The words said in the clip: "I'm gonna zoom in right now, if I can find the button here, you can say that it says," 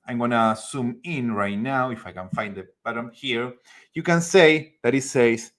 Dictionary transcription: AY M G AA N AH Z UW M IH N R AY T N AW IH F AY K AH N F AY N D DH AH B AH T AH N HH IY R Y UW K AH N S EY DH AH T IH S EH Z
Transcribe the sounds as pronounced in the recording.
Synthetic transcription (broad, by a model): AY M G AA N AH S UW M IH N R AY T N AW IH F AY K AH N F AY N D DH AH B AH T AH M HH IY R Y UW K AH N S EY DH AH T IH S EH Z